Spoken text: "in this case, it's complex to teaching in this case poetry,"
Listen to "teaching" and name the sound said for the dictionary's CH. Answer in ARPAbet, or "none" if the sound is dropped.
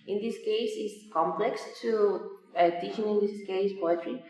SH